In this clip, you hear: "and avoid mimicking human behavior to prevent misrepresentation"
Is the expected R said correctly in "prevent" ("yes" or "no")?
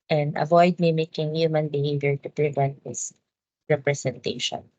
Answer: yes